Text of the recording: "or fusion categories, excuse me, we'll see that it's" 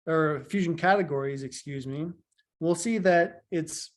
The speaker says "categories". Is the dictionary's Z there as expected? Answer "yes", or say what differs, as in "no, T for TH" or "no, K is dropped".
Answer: yes